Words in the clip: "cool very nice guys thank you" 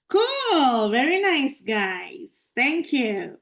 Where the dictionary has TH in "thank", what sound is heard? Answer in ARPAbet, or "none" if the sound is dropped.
T